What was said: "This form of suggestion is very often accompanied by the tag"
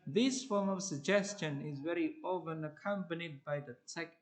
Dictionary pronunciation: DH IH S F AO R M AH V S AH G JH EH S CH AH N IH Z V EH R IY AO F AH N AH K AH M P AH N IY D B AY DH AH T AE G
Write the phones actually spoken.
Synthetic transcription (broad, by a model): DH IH S F AO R M AH V S AH G JH EH S CH AH N IH Z V EH R IY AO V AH N AH K AH M P AH N IY D B AY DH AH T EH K